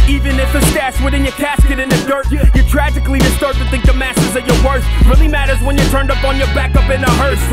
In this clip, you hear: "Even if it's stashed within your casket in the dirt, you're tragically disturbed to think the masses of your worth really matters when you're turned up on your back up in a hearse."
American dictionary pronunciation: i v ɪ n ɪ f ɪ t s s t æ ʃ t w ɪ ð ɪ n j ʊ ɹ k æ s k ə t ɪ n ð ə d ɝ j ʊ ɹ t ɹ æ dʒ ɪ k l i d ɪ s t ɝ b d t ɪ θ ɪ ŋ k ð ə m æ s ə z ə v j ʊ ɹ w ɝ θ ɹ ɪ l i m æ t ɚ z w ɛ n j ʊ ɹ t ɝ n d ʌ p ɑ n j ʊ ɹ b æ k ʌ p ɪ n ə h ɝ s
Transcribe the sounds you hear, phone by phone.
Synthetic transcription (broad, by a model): i v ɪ n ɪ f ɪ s s t æ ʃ w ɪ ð ɪ n j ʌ ɹ k æ s k ə t ɪ n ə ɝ j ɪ t ɹ æ dʒ ɪ k l i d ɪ s t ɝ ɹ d t ɪ θ ɪ ŋ k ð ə m æ s ə z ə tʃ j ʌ ɹ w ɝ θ ɹ ɪ l i m æ t ɚ z w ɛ n j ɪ t ɝ n d ʌ p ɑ n j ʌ ɹ b æ k ʌ p ɪ n ə h ɝ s